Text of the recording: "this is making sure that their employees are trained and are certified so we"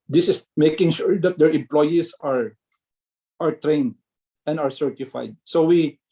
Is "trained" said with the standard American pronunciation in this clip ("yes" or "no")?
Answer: yes